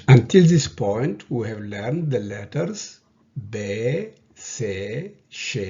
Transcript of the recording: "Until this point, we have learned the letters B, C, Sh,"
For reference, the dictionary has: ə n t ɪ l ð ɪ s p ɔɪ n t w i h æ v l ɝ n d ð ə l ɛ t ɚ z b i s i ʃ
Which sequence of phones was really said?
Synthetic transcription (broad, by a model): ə n t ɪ l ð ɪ s p ɔɪ n t w i h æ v l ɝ n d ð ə l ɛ t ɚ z b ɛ s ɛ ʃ